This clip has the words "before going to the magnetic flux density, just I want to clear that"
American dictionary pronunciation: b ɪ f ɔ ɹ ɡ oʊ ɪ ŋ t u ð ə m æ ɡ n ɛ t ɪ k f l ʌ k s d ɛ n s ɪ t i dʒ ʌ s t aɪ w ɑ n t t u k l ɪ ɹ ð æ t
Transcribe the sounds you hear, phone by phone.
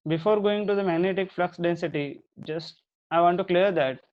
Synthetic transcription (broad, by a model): b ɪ f ɔ ɹ ɡ oʊ ɪ ŋ t u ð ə m æ ɡ n ɛ t ɪ k f l ʌ k s d ɛ n s ɪ t i dʒ ʌ s t aɪ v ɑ n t t u k l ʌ ɹ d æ t